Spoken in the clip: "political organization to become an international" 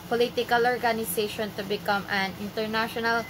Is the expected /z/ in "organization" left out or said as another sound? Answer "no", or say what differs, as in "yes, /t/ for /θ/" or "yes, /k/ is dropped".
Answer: yes, /s/ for /z/